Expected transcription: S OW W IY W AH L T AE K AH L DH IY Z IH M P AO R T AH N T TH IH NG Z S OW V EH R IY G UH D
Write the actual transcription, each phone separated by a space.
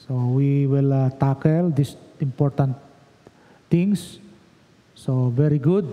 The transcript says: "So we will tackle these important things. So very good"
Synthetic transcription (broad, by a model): S OW W IY W AH L T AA K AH L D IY S IH M P AO R T AH N T T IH NG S S OW V EH R IY G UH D